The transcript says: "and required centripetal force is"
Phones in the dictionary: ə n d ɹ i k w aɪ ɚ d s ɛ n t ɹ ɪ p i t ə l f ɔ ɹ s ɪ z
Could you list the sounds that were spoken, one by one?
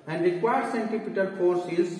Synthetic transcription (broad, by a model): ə n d ɹ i k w aɪ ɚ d s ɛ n t ɪ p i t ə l f ɔ ɹ s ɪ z